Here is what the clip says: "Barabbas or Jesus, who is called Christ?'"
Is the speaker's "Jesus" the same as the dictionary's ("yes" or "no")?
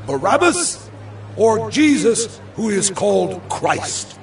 yes